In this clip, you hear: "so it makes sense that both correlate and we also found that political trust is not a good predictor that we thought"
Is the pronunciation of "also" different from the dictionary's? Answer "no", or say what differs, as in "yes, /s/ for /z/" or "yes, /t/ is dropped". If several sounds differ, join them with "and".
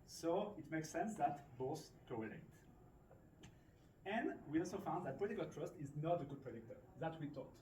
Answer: no